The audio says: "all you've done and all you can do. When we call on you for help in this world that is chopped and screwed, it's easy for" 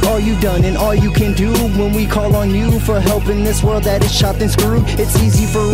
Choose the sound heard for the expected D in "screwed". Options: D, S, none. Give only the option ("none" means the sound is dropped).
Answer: none